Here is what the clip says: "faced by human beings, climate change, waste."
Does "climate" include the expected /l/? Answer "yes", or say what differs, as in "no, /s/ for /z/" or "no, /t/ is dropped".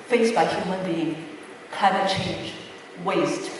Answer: no, /l/ is dropped